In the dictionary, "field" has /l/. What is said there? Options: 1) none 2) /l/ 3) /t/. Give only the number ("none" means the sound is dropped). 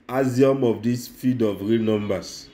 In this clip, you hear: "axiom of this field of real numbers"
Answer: 1